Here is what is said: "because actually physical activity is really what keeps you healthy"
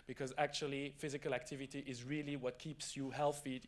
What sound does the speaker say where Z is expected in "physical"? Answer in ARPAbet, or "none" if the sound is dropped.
Z